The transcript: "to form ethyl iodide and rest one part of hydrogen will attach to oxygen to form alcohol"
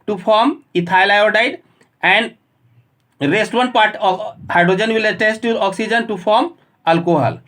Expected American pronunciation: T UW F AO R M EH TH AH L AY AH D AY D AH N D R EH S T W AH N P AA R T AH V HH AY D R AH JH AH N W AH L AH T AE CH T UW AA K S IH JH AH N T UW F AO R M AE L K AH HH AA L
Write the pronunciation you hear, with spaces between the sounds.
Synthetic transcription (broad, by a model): T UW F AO R M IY T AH L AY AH D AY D AH N D R EH S T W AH N P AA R T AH HH AY D R AH JH AH N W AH L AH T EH S T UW AA K S IH JH AH N T UW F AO R M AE L K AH HH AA L